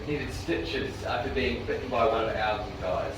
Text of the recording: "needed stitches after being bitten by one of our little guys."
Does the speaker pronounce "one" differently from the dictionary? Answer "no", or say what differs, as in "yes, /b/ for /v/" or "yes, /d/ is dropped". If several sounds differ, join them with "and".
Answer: yes, /n/ is dropped